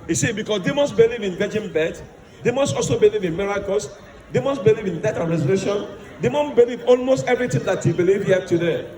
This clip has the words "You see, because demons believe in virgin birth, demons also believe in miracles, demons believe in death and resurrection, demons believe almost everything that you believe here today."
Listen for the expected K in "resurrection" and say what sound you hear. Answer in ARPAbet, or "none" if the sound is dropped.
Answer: none